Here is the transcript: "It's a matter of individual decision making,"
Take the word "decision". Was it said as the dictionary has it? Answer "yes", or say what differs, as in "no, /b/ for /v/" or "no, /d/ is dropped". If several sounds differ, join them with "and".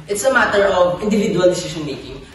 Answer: no, /ʃ/ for /ʒ/